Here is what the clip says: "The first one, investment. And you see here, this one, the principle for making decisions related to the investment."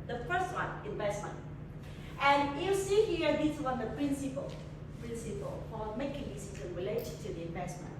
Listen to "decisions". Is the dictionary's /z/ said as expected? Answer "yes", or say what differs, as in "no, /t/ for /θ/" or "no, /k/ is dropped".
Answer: no, /z/ is dropped